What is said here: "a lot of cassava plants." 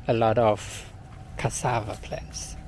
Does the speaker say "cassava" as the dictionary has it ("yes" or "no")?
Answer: yes